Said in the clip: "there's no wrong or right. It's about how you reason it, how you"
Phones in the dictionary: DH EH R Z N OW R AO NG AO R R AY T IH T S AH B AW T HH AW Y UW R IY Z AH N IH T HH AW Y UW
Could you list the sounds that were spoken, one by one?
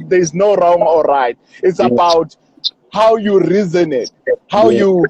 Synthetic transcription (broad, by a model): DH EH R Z N OW R AO NG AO L R AY T IH T S AH B AW T HH AW Y UW R IY Z AH N IH T HH AW Y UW